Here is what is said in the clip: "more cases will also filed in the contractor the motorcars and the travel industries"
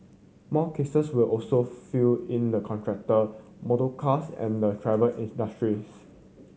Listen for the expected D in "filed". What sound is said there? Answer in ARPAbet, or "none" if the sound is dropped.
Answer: none